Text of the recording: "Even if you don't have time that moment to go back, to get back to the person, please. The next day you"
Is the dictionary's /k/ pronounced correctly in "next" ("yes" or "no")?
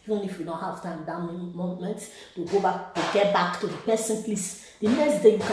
no